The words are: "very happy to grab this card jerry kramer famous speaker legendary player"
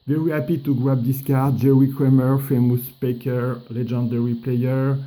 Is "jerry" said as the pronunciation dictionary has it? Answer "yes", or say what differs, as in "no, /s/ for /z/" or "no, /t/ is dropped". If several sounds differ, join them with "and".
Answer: no, /w/ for /ɹ/